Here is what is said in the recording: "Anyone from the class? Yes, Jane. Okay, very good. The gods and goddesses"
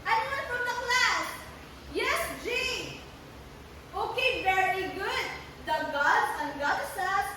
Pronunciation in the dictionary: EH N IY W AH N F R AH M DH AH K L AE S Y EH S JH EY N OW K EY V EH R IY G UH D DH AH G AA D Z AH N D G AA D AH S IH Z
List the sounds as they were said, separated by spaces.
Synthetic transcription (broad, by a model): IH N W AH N F R AH M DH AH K L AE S Y EH S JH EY OW K EY V EH R IY G UH D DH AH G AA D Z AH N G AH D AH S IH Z